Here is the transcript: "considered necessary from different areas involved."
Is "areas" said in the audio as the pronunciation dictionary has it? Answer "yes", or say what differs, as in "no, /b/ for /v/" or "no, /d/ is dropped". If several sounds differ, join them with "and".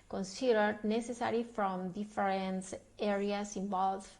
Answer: no, /s/ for /z/